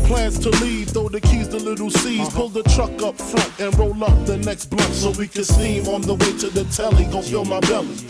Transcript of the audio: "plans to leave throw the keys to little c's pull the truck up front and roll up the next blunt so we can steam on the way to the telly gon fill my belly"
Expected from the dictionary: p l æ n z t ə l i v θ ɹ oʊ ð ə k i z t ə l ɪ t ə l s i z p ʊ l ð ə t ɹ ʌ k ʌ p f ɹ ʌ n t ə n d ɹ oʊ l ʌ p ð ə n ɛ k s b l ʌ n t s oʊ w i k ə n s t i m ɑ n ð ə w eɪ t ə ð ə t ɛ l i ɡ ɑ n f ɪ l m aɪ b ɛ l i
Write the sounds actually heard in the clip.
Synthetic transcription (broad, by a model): p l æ n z t ə l i v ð oʊ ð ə k i z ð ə l ɪ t l s i z p ʊ l ð ə t ɹ ʌ k ʌ p f ɹ ʌ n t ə n ɹ oʊ l ʌ p ð ə n ɛ k s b l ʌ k s oʊ w i k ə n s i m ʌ n ð ə w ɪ t ə ð ə t ɛ l i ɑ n f ɪ l m aɪ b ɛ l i